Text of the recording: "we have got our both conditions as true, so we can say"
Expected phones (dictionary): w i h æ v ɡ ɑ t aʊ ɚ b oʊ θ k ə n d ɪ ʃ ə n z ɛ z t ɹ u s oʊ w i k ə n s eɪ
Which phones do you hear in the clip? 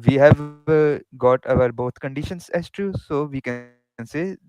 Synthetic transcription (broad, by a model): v i h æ v ɡ ɑ t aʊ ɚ b oʊ t k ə n d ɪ ʃ ə n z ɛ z t u s oʊ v i k ə n s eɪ